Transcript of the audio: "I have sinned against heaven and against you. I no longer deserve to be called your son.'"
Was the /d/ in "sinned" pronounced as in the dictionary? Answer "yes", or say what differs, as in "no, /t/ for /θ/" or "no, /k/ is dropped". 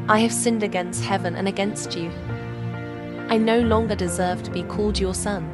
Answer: yes